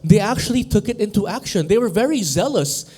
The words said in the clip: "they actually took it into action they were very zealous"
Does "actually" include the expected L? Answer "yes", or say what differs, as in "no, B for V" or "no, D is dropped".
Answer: yes